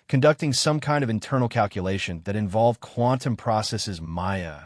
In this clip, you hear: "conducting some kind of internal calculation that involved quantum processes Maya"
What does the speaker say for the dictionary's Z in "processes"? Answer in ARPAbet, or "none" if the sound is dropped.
Z